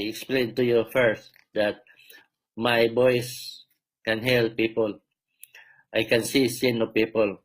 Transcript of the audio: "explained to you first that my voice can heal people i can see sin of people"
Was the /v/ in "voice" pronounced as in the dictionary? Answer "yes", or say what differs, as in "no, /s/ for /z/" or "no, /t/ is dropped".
no, /b/ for /v/